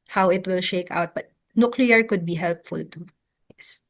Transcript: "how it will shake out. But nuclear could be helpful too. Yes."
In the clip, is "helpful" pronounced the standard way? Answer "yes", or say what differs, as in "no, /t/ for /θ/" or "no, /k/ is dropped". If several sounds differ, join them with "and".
yes